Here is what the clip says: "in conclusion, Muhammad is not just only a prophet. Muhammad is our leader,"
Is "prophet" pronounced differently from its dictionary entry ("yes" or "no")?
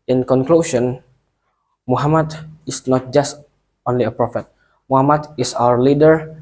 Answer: no